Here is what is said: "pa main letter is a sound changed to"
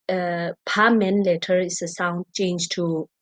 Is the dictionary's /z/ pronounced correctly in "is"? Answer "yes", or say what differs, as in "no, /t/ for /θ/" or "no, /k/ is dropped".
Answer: no, /s/ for /z/